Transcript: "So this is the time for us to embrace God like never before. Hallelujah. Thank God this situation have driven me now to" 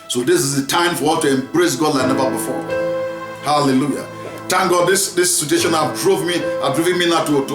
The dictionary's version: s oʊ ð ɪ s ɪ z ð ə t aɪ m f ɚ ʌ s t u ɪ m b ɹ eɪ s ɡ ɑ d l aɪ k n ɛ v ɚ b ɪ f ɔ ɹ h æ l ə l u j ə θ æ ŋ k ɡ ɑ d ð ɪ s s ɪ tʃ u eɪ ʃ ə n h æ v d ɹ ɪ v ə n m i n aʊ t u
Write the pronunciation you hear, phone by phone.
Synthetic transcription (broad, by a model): s oʊ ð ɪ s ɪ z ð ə t aɪ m f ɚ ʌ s t u ɪ m b ɹ eɪ s ɡ ɑ d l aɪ n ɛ v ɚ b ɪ f ɔ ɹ h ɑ l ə l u j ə t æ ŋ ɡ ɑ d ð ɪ s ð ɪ s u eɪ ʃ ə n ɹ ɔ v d ɹ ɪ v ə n m i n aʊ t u